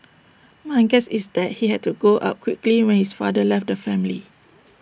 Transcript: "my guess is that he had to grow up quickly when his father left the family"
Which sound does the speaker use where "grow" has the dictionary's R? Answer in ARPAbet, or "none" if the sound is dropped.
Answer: none